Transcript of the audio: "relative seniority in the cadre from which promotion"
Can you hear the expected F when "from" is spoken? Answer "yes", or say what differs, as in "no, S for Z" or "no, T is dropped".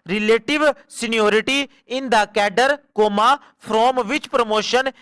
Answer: no, P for F